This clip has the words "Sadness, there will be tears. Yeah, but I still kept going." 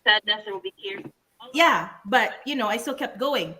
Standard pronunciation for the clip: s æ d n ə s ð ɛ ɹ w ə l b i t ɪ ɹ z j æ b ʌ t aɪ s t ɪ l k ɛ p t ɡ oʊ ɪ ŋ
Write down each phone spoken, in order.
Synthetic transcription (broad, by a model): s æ d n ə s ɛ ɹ w ə l b i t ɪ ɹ j æ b ʌ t aɪ s t ɪ l k ɛ p t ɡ oʊ ɪ ŋ